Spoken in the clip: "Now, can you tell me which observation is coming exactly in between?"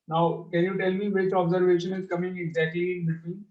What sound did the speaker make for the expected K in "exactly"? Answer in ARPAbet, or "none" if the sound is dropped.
none